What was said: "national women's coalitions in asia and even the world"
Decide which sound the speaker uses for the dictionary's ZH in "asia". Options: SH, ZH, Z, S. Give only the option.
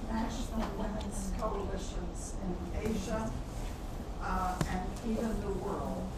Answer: ZH